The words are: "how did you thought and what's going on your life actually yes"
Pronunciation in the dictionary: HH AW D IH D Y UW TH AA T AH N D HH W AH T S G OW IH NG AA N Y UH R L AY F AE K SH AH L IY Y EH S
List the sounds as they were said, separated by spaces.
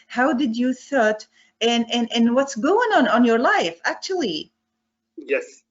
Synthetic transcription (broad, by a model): HH AW D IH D Y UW TH AA T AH N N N W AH T S G OW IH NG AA N Y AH R L AY F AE K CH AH L IY Y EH S